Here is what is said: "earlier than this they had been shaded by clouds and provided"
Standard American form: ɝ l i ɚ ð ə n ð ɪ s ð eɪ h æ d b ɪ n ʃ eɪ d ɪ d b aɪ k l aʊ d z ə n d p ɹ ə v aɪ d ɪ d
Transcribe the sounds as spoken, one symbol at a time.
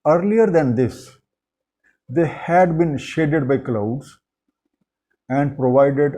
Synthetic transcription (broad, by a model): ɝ l i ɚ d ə n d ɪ s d eɪ h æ d b ɪ n ʃ eɪ d ɪ d b aɪ k l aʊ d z ə n d p ɹ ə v aɪ d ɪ d